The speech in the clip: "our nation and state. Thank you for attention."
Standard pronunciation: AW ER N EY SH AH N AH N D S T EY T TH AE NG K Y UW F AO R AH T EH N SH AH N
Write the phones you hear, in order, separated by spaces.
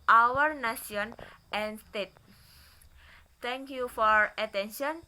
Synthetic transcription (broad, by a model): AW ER N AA S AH N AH N S T EY T T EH NG K Y UW F AO R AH T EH N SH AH N